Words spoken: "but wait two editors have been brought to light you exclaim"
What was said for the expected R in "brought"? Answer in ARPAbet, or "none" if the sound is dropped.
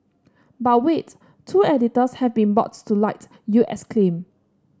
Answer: none